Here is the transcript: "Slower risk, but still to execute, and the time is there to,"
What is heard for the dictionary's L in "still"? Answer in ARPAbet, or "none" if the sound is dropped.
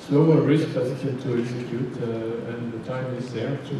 N